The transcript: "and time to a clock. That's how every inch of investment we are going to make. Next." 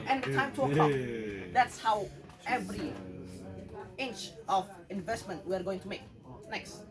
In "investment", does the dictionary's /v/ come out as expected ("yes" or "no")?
yes